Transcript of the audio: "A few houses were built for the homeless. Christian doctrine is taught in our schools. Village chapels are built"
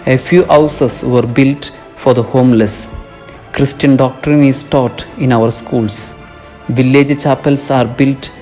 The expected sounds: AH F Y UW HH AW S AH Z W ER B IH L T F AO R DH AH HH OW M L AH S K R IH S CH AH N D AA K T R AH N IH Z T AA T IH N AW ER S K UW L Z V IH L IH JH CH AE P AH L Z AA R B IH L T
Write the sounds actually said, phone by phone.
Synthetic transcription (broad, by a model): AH F Y UW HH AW S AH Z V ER B IH L T F AO R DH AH HH OW M L AH S K R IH S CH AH N D AA K T R AH N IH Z T AA T IH N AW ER S K UW L S V IH L IH JH CH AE P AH L S AA R B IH L T